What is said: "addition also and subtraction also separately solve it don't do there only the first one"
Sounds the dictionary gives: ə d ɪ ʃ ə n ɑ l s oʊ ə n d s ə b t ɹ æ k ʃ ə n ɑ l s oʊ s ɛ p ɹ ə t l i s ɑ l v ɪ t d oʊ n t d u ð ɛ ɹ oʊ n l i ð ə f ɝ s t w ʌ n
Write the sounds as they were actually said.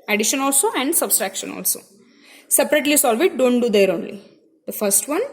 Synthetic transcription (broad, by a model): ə d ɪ ʃ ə n ɑ l s oʊ ə n d s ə b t ɹ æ k ʃ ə n ɑ l s oʊ s ɛ p ɹ ə t l i s ɑ l v ɪ t d oʊ n t d u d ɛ ɹ oʊ n l i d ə f ɝ s t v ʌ n